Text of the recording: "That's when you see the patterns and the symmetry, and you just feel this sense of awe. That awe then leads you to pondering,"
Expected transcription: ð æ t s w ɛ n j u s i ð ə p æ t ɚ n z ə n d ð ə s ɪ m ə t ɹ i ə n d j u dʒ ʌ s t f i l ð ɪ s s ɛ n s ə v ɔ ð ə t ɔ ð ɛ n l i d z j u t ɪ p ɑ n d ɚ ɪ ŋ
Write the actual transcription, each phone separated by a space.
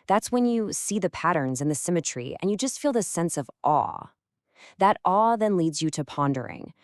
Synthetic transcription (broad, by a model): ð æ t s w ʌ n j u s i ð ə p æ t ɚ n z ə n ð ə s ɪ m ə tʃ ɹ i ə n j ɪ dʒ ʌ s t f i l ð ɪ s s ɛ n s ə v ɔ ð ə t ɔ ð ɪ n l i d z j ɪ t ɪ p ɑ n d ɚ ɪ ŋ